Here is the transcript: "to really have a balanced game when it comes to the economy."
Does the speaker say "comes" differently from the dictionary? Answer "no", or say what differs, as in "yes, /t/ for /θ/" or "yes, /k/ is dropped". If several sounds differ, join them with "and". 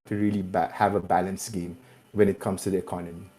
yes, /s/ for /z/